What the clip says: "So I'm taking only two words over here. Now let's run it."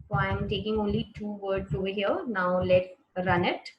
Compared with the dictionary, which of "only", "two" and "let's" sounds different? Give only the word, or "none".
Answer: let's